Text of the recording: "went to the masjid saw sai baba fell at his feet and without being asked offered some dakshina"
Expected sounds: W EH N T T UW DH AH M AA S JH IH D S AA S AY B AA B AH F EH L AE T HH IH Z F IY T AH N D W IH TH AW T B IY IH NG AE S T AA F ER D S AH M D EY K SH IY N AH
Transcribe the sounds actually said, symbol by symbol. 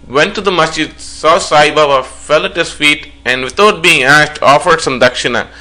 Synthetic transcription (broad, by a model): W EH N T T UW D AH M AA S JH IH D S AA S AY B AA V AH F EH L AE T HH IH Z F IY T AH N D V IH T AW T B IY IH NG AE S T AA F ER D S AH M D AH K SH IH N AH